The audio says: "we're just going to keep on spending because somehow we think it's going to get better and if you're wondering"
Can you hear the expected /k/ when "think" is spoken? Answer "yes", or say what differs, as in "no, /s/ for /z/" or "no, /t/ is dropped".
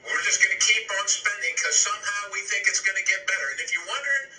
yes